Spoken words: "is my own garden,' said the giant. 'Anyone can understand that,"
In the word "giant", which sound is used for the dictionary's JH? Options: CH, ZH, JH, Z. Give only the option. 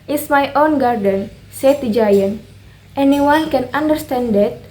JH